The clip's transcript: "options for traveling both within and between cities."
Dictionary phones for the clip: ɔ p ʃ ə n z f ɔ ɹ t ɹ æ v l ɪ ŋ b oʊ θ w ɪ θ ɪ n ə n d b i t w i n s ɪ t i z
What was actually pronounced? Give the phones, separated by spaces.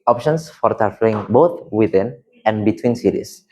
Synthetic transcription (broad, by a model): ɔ p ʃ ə n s f ɔ ɹ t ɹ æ f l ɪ ŋ b oʊ t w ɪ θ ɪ n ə n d b i t w i n s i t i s